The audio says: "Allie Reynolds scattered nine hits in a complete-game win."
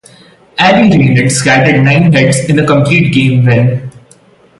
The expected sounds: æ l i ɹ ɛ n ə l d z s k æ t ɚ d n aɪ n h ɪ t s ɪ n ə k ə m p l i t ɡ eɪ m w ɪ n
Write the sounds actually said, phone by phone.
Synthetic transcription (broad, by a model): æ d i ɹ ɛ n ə d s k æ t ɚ d n aɪ n h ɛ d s ɪ n ə k ə m p l i t ɡ eɪ m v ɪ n